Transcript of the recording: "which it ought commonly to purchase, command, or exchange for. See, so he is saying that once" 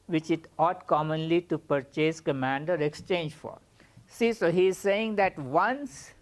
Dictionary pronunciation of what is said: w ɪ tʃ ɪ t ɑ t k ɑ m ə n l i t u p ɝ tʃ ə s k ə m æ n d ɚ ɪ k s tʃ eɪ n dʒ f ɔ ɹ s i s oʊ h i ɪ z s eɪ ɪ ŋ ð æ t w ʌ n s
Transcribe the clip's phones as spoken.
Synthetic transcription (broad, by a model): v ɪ tʃ ɪ t ɑ t k ɑ m ə n l i t u p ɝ tʃ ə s k ə m æ n d ɚ ɪ k s tʃ eɪ n dʒ f ɔ ɹ s i s oʊ h i ɪ z s eɪ ɪ ŋ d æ t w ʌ n s